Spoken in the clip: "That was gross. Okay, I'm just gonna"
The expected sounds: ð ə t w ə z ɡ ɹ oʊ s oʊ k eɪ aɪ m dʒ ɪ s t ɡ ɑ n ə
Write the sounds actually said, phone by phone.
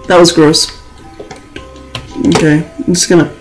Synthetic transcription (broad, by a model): ð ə t w ə z ɡ ɹ oʊ s oʊ k eɪ ɪ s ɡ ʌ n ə